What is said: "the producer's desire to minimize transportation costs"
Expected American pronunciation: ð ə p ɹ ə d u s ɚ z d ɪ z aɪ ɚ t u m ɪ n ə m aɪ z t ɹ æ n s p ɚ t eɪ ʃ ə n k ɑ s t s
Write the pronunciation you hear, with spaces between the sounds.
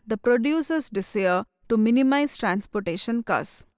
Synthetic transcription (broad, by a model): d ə p ɹ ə d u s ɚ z d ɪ s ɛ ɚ t u m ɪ n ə m aɪ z t ɹ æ n s p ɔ t eɪ ʃ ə n k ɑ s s